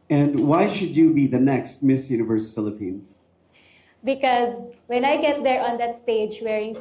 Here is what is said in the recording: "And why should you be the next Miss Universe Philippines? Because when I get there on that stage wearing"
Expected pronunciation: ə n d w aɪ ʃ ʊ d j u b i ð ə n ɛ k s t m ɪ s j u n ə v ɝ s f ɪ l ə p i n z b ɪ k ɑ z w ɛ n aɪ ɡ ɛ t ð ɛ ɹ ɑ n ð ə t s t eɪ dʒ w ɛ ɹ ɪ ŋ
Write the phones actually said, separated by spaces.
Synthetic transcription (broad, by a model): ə n d w aɪ ʃ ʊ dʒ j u b i ð ə n ɛ k s t m ɪ s j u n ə v ɝ s f ɪ l ə p i n z b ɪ k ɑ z w ɛ n aɪ ɡ ɛ t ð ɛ ɹ ɑ n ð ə t s t eɪ dʒ w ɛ ɹ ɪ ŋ